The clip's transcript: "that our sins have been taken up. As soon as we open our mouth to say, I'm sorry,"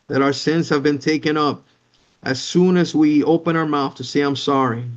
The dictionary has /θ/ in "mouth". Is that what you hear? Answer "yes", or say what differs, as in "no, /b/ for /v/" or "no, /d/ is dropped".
yes